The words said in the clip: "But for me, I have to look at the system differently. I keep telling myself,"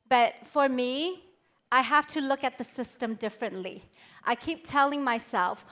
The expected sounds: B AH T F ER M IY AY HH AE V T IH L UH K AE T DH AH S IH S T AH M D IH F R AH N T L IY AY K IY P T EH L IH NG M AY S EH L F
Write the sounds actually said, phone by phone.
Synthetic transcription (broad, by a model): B AH T F ER M IY AY HH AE F T IH L UH K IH T DH AH S IH S T AH M D IH F R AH N T L IY AY K IY P T EH L IH NG M AY S EH L F